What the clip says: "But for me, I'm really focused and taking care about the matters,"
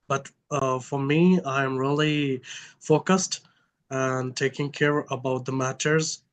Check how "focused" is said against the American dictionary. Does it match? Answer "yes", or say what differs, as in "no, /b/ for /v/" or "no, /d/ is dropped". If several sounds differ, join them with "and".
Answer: yes